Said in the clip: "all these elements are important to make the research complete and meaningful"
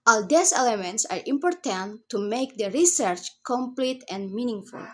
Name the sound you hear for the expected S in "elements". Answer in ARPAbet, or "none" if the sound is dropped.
S